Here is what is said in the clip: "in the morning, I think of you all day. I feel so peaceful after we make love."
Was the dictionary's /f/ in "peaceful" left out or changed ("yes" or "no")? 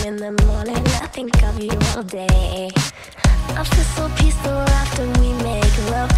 yes